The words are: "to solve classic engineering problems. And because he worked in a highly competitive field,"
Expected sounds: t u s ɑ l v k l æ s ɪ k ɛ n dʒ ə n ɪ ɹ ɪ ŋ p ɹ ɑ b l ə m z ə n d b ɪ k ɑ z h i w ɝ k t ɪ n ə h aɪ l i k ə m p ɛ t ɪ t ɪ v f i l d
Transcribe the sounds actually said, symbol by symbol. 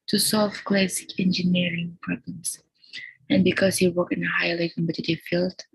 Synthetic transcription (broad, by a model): t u s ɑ l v k l æ s ɪ k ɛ n dʒ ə n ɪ ɹ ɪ ŋ p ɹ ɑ b l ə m s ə n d b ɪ k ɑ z h i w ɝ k ɪ n ə h aɪ l i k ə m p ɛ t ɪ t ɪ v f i l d